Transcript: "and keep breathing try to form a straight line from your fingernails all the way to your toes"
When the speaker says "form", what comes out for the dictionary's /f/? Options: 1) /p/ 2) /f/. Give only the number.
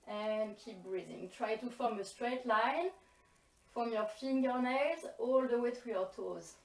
2